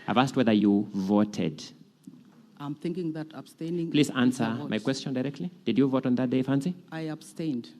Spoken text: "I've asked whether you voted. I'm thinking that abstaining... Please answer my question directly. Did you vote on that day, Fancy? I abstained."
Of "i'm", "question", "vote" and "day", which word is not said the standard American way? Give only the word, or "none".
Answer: none